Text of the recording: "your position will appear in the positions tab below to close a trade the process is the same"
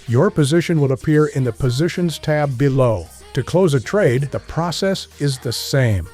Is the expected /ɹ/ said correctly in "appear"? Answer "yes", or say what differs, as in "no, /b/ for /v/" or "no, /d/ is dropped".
yes